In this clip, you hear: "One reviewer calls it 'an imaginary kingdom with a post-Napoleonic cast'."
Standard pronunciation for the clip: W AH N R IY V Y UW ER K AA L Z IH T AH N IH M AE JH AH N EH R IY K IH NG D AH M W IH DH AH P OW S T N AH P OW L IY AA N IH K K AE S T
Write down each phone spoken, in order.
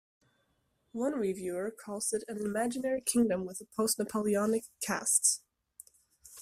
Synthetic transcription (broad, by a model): W AH N R IY V Y UW ER K AA Z IH T AH N IH M AE JH AH N EH R IY K IH NG D AH M W IH DH AH P OW S T N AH P OW L IY AA N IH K K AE S T